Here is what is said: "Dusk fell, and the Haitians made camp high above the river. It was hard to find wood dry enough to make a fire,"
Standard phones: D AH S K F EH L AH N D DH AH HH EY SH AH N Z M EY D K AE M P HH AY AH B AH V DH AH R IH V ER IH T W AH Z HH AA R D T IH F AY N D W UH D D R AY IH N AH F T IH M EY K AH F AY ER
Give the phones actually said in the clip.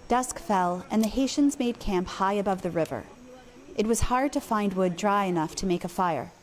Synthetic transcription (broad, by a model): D AH S K F EH L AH N DH AH HH EY SH AH N Z M EY D K AE M P HH AY AH B AH V DH AH R IH V ER IH T W AH Z HH AA R D T IH F AY N D W UH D D R AY IH N AH F T IH M EY K AH F AY ER